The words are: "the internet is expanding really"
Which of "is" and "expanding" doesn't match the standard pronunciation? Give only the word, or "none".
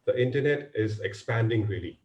none